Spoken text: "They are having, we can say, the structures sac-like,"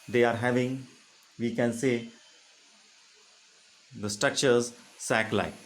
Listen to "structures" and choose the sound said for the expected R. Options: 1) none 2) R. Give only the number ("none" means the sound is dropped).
2